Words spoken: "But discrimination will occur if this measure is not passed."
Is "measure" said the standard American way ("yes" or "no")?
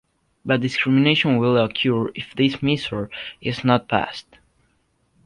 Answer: no